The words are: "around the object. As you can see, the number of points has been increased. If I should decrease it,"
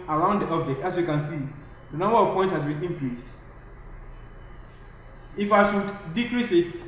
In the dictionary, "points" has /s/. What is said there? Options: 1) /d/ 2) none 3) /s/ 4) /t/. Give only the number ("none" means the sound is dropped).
2